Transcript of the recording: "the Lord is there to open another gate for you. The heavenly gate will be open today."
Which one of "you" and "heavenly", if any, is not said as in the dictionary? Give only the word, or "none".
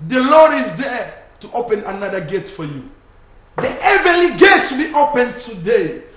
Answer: heavenly